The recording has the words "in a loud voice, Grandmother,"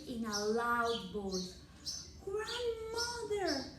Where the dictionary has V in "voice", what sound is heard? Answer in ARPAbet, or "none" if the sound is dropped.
B